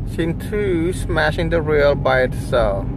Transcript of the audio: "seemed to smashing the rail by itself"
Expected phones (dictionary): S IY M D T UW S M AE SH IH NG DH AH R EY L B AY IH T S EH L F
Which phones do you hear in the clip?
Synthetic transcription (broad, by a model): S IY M T UW S M AE SH IH NG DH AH R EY L B AY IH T S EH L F